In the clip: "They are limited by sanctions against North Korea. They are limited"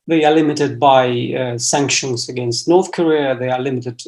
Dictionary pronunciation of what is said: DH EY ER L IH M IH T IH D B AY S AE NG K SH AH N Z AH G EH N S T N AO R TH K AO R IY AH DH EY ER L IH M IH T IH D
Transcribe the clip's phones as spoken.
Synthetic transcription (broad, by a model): DH EY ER L IH M IH T IH D B AY S AE NG K SH AH N Z AH G EH N S T N AO R TH K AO R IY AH DH EY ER L IH M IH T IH D